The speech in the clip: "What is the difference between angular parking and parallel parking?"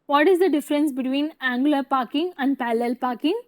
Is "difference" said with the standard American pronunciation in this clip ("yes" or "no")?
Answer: yes